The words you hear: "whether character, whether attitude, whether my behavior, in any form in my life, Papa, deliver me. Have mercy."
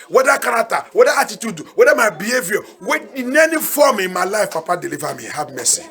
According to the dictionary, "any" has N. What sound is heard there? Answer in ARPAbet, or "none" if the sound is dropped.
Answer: N